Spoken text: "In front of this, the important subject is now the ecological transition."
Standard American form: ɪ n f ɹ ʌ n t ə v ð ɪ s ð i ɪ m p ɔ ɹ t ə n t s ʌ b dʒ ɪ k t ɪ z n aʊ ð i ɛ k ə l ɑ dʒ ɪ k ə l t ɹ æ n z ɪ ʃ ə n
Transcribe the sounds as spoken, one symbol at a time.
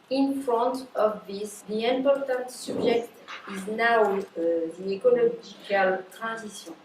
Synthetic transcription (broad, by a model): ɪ n f ɹ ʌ n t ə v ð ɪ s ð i ɪ m p ɔ ɹ t ə n t s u b ʒ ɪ k t ɪ z n aʊ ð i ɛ k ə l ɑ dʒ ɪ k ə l t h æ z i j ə